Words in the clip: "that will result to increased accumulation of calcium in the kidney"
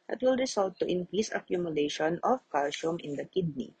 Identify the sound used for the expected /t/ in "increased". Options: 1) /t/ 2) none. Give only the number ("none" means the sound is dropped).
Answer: 2